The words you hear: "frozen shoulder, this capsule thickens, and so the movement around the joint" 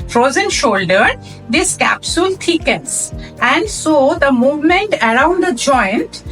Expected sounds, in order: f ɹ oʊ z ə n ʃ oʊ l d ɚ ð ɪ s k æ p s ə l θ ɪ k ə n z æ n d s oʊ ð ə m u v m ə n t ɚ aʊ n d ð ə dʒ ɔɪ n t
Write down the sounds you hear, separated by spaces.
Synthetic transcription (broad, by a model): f ɹ oʊ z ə n ʃ oʊ l d ɚ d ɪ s k æ p s ə l t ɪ k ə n s æ n d s oʊ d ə m u v m ə n t ɚ aʊ n d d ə dʒ ɔɪ n t